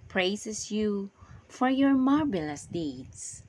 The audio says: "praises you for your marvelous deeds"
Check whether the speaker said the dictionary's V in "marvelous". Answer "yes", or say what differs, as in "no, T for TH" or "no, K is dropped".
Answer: no, B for V